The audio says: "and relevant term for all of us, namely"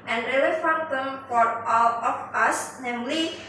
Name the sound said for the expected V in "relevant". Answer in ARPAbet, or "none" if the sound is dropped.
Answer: F